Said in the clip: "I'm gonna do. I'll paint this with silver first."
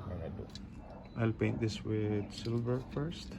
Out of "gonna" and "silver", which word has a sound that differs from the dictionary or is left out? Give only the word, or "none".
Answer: gonna